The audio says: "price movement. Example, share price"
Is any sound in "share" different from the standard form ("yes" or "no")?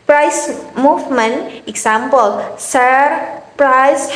yes